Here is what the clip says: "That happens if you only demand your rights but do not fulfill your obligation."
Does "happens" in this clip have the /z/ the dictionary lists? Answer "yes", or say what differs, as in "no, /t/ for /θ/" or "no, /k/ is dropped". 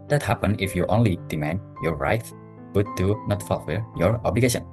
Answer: no, /z/ is dropped